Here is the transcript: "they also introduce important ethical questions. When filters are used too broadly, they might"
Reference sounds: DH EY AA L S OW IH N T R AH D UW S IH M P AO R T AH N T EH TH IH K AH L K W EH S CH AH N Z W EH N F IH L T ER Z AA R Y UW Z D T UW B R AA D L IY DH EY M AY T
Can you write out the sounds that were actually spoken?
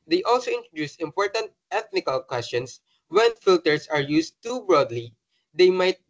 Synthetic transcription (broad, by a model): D EY AA L S OW IH N T R AH D UW S IH M P AO R T AH N T EH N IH K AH L K W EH S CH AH N S W EH N F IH L T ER S AA R Y UW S T UW B R AA D L IY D EY M AY T